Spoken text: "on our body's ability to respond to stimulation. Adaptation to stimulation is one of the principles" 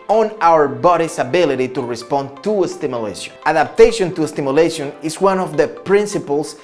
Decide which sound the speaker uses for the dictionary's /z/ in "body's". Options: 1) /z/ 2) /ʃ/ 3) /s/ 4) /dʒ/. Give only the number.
3